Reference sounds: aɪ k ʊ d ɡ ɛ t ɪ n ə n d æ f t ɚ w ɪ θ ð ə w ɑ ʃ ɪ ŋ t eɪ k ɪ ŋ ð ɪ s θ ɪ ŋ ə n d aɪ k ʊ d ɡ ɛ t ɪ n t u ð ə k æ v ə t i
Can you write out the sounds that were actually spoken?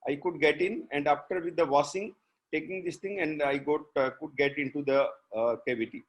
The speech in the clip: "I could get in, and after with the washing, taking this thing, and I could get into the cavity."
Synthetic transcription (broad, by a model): aɪ k ʊ d ɡ ɛ t ɪ n ə n d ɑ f t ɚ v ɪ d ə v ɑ s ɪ ŋ t eɪ k ɪ ŋ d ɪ s t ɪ ŋ ə n d aɪ k ʊ d ɡ ɛ t ɪ n t u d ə k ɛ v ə t i